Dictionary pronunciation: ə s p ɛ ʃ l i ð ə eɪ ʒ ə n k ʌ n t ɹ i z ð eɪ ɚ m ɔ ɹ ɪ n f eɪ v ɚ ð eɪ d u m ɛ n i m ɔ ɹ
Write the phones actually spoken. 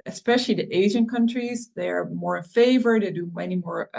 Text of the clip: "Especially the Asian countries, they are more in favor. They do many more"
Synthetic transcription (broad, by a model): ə s p ɛ ʃ l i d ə eɪ ʒ ə n k ʌ n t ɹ i z ð eɪ ɚ m ɔ ɹ ɪ n f eɪ v ɚ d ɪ d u m ɛ n i m ɔ ɹ